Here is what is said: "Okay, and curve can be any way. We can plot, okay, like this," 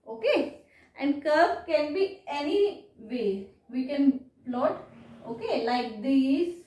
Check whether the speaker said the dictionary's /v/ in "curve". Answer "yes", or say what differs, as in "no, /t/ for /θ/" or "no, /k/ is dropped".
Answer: no, /b/ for /v/